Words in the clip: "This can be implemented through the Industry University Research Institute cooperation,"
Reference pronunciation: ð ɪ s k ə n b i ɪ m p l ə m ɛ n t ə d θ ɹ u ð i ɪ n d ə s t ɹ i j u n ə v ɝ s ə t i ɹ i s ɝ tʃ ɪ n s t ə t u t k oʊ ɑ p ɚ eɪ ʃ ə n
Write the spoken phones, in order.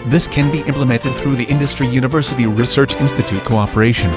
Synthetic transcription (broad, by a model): ð ɪ s k ə n b i ɪ m p l ə m ɛ n t ə d θ ɹ u ð i ɪ n d ə s t ɹ i j u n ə v ɝ s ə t i ɹ i s ɝ tʃ ɪ n s t ə t u t k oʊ ɑ p ɚ eɪ ʃ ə n